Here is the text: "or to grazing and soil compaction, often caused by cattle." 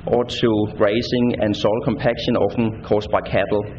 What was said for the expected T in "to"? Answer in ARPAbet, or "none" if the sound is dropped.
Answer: S